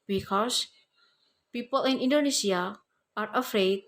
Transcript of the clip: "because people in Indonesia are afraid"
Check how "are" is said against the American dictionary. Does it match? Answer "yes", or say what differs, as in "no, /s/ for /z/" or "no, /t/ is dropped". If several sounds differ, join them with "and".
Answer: yes